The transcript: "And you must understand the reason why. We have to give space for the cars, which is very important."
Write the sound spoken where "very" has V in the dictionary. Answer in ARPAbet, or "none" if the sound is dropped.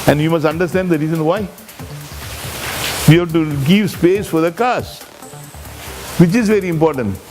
V